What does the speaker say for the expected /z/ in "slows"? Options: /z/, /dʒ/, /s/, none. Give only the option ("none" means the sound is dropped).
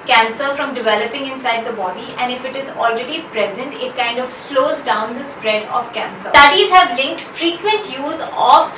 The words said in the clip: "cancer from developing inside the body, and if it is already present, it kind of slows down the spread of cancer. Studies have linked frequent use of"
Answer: /z/